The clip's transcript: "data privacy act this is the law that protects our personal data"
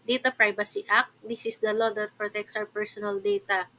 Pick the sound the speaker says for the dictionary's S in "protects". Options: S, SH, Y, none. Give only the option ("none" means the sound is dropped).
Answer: S